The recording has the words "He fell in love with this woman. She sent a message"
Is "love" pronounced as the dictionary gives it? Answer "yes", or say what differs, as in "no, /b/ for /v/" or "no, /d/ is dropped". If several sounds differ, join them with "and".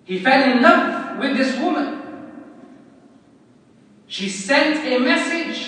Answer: no, /f/ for /v/